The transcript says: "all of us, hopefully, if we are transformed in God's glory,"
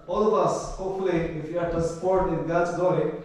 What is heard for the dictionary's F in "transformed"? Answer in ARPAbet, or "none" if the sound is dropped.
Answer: P